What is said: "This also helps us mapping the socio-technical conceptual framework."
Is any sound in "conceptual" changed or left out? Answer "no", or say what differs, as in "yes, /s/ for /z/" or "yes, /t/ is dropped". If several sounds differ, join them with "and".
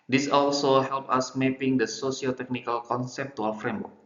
yes, /w/ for /l/